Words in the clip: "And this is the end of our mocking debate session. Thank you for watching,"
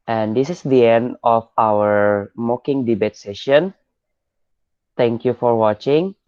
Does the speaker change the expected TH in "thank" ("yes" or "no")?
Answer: yes